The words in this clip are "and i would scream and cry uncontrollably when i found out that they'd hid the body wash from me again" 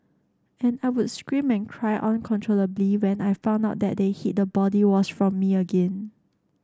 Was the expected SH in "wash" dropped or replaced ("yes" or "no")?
yes